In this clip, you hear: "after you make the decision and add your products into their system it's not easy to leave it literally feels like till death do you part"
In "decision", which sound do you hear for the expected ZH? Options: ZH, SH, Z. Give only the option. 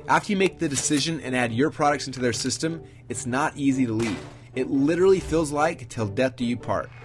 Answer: ZH